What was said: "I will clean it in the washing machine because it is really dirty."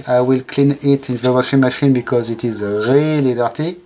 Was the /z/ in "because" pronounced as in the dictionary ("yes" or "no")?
yes